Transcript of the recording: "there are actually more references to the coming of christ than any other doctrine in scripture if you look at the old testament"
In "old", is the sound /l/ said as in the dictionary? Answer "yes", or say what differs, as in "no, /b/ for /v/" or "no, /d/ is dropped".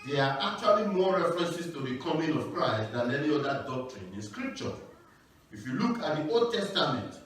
yes